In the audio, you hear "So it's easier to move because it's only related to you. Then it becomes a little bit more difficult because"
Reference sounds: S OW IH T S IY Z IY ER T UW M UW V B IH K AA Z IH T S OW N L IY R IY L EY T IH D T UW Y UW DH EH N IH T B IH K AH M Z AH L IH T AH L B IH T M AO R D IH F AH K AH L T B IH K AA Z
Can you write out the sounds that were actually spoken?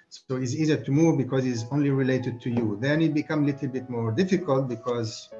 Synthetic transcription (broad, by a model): S OW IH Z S IY Z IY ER T UW M UW V B IH K AA Z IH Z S OW N L IY R IY L EY T IH D T UW Y UW DH EH N IH T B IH K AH M AH L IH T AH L B IH T M AO R D IH F AH K AH L T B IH K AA Z